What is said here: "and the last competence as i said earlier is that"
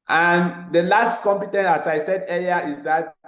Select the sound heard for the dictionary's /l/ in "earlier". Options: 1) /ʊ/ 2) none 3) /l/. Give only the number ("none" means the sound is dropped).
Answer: 2